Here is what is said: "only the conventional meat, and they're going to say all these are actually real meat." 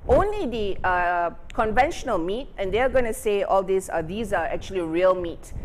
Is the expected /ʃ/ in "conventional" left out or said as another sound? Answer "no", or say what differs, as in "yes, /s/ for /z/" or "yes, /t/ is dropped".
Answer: no